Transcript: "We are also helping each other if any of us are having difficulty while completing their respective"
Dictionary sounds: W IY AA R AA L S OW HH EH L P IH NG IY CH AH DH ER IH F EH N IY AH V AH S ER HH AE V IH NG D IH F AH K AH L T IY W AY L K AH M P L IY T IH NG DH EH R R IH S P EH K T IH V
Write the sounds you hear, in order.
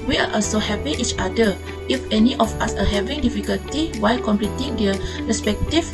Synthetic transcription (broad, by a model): W IY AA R AA L S OW HH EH P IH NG IY CH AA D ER IH F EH N IY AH F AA S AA HH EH V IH NG D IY F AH K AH L T IY W AY L K AH M P L IY T IH NG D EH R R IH S P EH K T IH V